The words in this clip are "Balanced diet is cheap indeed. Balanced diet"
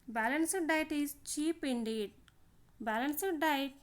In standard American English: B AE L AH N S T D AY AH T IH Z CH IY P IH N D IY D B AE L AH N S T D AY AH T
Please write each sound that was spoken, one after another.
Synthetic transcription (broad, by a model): B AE L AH N S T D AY T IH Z CH IY P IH N D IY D B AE L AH N S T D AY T